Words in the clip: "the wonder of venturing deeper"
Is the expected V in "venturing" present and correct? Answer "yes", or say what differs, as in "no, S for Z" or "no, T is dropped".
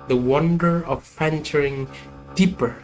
no, F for V